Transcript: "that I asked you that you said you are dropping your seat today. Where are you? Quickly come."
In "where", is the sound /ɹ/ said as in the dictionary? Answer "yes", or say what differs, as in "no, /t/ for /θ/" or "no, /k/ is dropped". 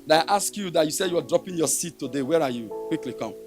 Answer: yes